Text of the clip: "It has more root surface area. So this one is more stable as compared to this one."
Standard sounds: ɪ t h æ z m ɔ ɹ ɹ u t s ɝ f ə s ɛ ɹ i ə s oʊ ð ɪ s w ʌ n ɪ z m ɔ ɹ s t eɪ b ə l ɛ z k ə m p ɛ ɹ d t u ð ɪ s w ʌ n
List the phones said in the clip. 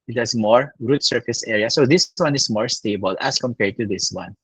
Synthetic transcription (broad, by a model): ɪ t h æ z m ɔ ɹ ɹ u t s ɝ f ə s ɛ ɹ i ə s oʊ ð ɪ s w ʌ n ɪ s m ɔ ɹ s t eɪ b ə l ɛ s k ə m p ɛ ɹ d t u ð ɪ s w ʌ n